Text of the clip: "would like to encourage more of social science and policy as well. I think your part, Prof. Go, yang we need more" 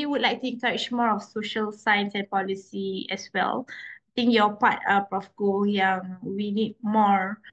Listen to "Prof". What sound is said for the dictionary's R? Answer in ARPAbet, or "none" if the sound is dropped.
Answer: none